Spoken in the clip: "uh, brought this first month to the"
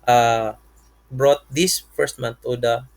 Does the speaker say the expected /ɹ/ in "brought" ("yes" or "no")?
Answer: yes